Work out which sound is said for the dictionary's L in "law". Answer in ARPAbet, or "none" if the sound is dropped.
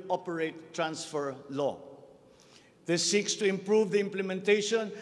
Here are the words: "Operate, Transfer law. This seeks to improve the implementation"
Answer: L